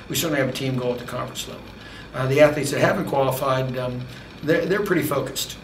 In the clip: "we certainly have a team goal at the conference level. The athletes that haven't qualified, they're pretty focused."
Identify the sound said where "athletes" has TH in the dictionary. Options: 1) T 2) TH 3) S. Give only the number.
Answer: 2